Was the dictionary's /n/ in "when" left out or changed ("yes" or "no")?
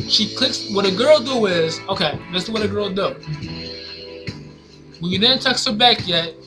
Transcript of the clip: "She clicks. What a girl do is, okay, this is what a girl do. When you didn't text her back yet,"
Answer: yes